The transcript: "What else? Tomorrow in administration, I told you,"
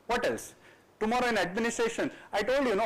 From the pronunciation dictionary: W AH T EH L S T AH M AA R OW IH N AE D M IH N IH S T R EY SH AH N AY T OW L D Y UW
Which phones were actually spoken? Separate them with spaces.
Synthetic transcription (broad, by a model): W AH T EH L S T AH M AA R OW IH N AE D M IH N IH S T R EY SH AH N AY T OW L D Y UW